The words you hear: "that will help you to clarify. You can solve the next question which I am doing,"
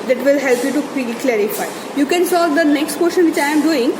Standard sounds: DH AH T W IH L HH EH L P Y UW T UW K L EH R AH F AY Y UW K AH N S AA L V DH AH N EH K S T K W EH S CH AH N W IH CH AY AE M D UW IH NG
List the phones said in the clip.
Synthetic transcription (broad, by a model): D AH T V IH L HH EH L P Y UW T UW K L EH R AH F AY Y UW K AH N S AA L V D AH N EH K S T K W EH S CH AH N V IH CH AY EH M D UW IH NG